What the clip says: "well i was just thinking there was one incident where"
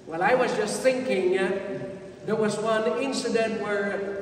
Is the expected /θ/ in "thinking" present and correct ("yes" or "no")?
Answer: yes